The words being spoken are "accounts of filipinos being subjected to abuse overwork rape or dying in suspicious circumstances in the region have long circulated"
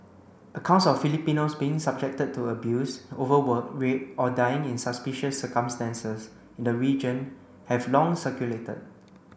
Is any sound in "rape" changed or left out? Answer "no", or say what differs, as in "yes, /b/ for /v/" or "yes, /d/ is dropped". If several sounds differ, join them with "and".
yes, /p/ is dropped